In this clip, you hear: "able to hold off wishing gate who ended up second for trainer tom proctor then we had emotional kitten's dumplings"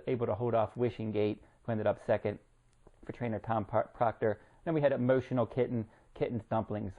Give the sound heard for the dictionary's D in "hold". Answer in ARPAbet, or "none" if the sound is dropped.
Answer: D